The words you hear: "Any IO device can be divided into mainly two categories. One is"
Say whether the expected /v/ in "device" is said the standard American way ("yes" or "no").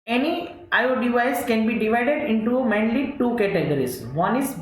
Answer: no